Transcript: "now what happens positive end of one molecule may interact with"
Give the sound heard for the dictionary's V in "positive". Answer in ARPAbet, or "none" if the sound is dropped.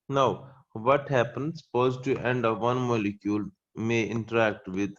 none